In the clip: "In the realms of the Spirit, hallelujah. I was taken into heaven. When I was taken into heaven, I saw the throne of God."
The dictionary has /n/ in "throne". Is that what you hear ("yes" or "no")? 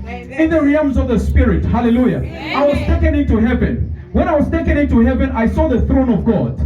yes